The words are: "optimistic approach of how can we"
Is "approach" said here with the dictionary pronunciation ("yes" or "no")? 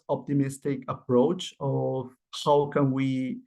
yes